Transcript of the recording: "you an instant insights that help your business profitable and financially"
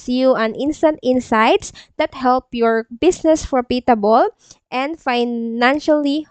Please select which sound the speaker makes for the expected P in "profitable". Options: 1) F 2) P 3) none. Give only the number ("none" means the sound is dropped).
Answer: 1